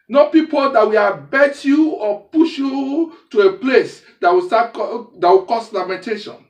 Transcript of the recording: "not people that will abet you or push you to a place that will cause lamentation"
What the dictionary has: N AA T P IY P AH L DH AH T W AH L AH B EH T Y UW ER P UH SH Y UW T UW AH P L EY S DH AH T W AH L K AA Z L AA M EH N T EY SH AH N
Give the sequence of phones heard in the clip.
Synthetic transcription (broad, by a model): N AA P IY P AH L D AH T W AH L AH B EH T Y UW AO P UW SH Y UW T UW AH P L EY S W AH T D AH W K AA S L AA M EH N T EY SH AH N